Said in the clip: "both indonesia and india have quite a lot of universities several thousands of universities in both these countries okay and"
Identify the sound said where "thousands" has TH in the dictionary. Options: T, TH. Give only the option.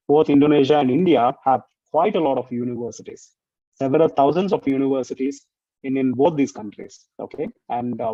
T